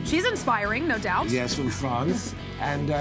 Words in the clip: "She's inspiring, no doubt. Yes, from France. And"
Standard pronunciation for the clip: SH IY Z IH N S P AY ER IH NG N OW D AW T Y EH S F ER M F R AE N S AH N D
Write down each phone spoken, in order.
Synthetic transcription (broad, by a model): SH IY Z IH N S P AY ER IH NG N OW D AW T Y EH S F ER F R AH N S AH N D